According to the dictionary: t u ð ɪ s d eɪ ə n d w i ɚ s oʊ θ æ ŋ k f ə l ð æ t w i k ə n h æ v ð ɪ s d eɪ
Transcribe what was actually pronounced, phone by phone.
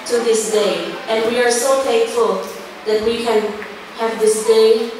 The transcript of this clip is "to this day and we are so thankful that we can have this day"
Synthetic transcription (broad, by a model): t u ð ɪ s d eɪ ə n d w i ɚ s oʊ f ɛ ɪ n f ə l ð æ t w i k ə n h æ v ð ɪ s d eɪ